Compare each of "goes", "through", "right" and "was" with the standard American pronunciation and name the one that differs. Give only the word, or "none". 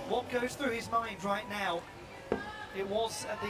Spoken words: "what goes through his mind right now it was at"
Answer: none